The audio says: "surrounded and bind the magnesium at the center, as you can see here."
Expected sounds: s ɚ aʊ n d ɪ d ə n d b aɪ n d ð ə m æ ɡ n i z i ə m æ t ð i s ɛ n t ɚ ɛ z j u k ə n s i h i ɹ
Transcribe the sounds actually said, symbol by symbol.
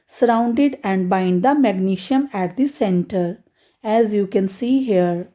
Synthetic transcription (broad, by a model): s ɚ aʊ n d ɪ d ə n d b aɪ n d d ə m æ ɡ n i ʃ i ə m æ t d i s ɛ n t ɚ ɛ z j u k ə n s i h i ɹ